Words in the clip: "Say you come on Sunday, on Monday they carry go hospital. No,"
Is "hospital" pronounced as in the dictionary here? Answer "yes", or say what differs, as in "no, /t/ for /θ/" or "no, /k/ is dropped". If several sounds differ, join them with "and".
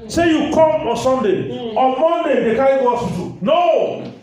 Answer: no, /p/ is dropped